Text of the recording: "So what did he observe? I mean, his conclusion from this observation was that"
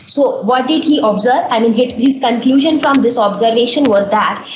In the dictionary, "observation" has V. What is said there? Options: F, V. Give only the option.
V